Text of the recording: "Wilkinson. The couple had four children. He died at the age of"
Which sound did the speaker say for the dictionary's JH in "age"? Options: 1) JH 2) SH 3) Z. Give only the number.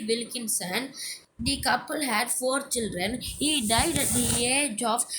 1